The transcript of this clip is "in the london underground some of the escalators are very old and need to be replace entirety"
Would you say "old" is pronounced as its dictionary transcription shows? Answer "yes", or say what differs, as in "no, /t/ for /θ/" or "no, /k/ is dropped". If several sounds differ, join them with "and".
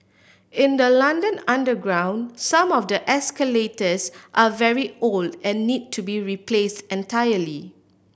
yes